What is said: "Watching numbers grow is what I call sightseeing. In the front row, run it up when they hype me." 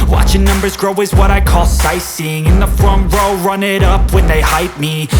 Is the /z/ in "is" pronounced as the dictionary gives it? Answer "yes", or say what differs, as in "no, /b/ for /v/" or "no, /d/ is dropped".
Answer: yes